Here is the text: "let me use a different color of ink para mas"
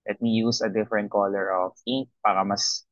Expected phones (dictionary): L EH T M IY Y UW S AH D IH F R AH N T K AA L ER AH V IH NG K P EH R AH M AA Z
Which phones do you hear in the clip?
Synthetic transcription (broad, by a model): L EH T M IY Y UW S AH D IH F R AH N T K AA L ER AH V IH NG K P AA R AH M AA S